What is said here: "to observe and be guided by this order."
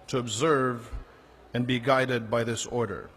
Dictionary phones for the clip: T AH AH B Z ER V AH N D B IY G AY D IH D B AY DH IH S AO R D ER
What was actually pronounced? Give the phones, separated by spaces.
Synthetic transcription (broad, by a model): T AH AH B Z ER V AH N B IY G AY D IH D B AY DH IH S AO R D ER